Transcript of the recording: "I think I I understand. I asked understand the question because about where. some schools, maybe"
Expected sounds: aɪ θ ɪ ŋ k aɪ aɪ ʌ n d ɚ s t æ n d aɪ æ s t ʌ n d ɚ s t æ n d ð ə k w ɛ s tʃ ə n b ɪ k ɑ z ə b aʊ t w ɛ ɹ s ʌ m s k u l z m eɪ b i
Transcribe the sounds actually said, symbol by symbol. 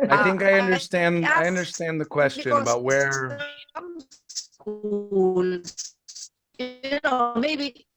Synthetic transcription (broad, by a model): aɪ θ ɪ ŋ k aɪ aɪ ʌ n d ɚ s t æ n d aɪ ʌ n d ɚ s t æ n ð ə k w ɛ s tʃ ə n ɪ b ɑ ə t w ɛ ɹ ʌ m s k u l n m eɪ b i